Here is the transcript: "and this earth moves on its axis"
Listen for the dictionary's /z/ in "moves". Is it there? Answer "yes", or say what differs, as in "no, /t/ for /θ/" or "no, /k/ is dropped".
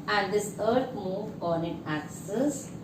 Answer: no, /z/ is dropped